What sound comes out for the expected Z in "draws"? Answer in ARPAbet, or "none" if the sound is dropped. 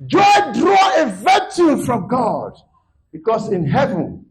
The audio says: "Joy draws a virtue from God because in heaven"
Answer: none